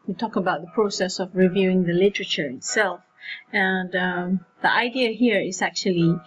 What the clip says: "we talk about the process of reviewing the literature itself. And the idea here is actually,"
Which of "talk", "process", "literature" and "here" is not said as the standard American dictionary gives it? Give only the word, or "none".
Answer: none